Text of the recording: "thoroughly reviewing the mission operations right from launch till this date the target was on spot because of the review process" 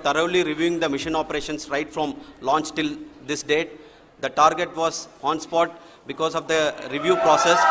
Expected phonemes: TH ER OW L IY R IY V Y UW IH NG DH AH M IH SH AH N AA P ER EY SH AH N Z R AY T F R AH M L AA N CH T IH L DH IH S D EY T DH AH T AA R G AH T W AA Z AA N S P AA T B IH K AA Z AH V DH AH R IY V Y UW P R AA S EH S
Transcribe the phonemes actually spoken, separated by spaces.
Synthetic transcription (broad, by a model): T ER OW L IY R IY V Y UW IH NG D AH M IH SH AH N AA P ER EY SH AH N S R AY T F R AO M L AA N CH T IH L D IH S D EY T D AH T AA R G AH T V AA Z AA N S P AA T B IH K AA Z AH V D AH R IY V Y UW P R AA S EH S